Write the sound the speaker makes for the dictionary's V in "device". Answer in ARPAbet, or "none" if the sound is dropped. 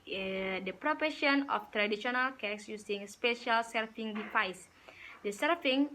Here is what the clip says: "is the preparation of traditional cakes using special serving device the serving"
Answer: F